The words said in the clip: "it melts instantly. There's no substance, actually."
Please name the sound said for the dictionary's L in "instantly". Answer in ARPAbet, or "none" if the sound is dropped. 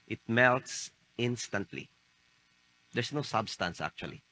L